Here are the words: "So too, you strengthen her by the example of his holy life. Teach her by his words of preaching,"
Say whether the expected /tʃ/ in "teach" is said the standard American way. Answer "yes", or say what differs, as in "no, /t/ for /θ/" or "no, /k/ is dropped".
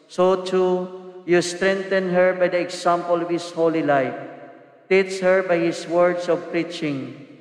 no, /s/ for /tʃ/